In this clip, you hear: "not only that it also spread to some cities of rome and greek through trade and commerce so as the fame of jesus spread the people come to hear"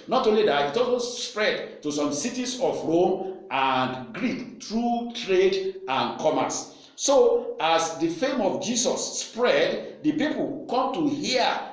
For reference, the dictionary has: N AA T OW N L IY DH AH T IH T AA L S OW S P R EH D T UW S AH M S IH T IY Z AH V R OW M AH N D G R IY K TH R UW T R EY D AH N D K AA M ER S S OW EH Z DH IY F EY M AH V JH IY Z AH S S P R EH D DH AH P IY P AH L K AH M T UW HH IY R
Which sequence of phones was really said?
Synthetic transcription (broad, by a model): N AA T OW N L IY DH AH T IH T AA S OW S P R EH D T UW S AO M S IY T IY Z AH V R OW M AH N D G R IY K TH R UW T R EY D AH N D K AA M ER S S OW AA S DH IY F EY M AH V JH IY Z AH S S P R EH D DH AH P IY P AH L K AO M T UW HH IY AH